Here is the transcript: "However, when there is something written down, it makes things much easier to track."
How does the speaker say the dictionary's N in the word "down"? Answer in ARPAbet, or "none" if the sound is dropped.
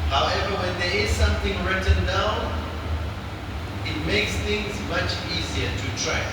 none